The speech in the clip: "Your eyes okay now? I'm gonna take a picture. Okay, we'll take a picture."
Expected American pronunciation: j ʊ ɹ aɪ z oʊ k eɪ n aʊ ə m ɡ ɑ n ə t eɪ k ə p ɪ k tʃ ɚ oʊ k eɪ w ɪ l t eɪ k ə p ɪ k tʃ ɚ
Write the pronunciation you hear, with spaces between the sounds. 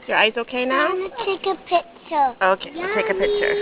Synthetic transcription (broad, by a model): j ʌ ɹ aɪ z oʊ k eɪ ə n ɑ ə t eɪ k ə p ɪ k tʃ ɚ oʊ k eɪ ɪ t eɪ k ə p ɪ k tʃ ɚ